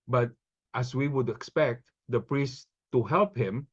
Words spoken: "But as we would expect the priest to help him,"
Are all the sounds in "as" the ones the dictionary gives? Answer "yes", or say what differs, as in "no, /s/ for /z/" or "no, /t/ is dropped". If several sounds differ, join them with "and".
no, /s/ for /z/